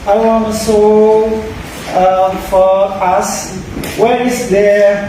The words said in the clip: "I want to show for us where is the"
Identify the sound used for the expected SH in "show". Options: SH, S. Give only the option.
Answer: S